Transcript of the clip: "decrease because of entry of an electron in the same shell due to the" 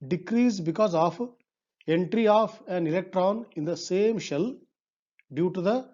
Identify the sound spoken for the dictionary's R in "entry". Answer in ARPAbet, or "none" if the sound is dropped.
R